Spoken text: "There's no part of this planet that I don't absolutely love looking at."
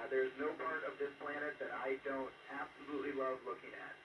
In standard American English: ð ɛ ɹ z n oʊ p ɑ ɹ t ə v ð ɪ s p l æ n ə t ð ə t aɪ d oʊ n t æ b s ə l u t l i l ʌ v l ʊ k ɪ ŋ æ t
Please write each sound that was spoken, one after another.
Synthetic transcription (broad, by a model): ð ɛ ɹ z n oʊ p ɑ ɹ t ə v ð ɪ s p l æ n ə t ð ə t aɪ d oʊ n t æ b s ə l u t l i w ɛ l l ʊ k ɪ ŋ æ t